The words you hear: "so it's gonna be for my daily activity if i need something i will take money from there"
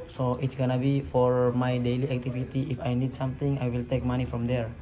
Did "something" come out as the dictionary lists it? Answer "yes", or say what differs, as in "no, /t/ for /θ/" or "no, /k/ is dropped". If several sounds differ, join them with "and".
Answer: no, /t/ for /θ/